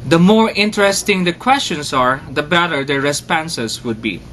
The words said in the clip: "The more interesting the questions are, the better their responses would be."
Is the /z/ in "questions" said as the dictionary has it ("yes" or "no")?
no